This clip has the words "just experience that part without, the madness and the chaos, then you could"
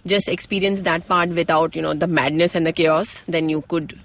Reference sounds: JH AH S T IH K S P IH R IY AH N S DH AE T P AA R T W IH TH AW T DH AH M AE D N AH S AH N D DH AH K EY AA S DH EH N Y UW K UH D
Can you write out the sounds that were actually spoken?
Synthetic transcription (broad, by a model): JH AH S T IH K S P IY R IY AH N S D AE T P AA R T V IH T AW T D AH M AE D N AH S AH N D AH K EY AA S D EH N Y UW K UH D